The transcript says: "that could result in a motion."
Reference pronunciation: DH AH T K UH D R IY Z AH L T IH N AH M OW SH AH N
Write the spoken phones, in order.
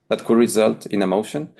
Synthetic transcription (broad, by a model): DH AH T K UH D R IY Z AH L T IH N AH M OW SH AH N